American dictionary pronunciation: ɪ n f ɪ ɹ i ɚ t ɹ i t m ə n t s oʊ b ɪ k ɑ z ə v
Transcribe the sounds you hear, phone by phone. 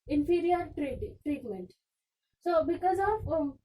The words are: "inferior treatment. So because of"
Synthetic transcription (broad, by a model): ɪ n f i ɹ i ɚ t ɹ i t m ə n t s oʊ b ɪ k ɑ z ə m